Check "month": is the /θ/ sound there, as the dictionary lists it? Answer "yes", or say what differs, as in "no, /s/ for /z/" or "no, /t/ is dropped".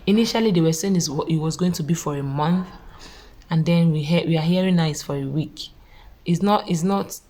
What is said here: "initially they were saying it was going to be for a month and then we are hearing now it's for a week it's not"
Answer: yes